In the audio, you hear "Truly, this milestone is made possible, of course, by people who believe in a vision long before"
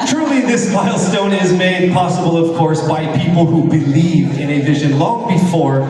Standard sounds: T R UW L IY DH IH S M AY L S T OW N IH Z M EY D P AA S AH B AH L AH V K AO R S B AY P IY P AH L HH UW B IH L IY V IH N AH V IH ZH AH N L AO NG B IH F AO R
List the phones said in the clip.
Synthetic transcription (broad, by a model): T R UW L IY DH IH S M AY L S T OW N IH Z M EY D P AA S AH B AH L AH V K AO R S B AY P IY P L HH UW B IH L IY V IH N AH V IH ZH AH N L AO NG B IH F AO R